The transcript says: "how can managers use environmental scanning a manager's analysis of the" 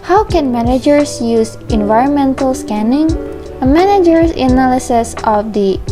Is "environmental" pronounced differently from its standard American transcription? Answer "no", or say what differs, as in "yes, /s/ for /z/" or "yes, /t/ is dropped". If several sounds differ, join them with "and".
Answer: no